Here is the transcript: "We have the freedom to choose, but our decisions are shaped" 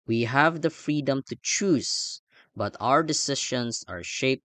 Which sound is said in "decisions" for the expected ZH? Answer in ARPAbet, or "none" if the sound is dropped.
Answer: SH